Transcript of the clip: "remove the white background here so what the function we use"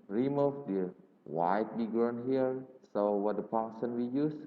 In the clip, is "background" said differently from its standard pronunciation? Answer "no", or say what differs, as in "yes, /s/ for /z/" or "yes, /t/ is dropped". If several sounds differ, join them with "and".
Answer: yes, /k/ is dropped